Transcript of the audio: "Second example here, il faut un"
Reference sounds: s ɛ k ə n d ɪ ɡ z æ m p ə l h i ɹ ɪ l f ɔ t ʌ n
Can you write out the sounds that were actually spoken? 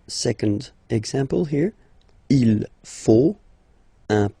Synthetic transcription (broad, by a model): s ɛ k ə n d ɪ ɡ z æ m p ə l h i ɹ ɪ l f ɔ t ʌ